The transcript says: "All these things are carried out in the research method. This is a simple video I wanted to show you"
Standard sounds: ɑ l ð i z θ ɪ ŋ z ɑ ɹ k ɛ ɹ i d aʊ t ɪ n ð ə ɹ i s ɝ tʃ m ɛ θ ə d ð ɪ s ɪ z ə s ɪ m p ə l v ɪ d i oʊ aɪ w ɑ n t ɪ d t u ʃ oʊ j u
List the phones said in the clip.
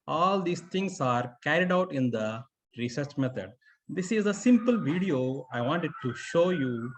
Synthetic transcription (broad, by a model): ɑ l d i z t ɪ ŋ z ɑ ɹ k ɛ ɹ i d aʊ t ɪ n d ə ɹ i s ɝ tʃ m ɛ t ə d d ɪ s ɪ z ə s ɪ m p ə l v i d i oʊ aɪ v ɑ n t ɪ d t u ʃ oʊ j u